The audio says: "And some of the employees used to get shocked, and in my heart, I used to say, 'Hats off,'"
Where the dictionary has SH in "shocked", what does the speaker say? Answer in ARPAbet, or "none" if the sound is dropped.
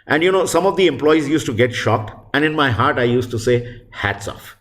SH